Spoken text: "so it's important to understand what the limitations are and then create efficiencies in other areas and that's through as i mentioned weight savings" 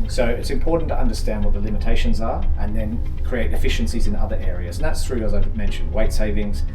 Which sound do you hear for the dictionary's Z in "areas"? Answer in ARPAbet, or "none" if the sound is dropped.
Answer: Z